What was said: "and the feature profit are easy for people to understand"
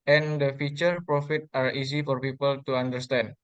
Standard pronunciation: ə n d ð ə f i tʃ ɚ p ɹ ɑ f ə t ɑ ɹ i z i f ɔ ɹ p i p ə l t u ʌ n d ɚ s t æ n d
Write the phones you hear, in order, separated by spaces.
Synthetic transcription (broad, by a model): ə n d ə f i tʃ ɚ p ɹ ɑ f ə t ɑ ɹ i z i f ɔ ɹ p i p ə l t u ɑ n d ɚ s t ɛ n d